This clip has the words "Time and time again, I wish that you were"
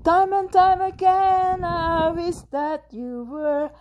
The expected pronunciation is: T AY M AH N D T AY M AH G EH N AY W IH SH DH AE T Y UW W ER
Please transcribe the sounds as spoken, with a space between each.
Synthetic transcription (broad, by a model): T AY M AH N T AY M AH G EH N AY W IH S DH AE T Y UW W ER